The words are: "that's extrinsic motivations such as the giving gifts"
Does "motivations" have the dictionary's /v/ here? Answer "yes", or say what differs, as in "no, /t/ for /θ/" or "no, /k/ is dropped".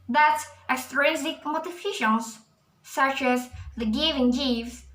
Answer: no, /f/ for /v/